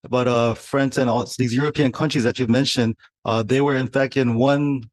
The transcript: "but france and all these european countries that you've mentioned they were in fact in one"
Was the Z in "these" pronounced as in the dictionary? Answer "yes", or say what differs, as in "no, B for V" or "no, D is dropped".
yes